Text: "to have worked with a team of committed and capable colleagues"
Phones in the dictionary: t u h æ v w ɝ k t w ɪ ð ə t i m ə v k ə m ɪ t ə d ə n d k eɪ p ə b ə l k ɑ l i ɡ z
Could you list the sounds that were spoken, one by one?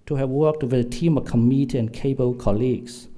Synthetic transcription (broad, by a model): t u h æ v w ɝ k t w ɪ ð ə t i m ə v k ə m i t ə ə n k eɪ ə b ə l k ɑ l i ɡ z